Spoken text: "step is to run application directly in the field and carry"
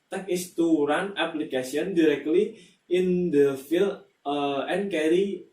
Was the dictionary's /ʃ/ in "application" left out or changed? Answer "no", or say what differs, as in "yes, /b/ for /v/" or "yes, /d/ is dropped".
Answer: yes, /s/ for /ʃ/